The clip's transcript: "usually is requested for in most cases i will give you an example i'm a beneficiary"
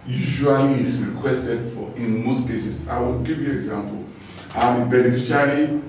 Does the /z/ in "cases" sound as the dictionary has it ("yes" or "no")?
no